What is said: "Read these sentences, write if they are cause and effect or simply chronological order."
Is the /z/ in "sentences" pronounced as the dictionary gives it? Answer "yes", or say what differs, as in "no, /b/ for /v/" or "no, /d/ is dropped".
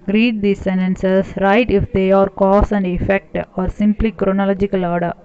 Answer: no, /s/ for /z/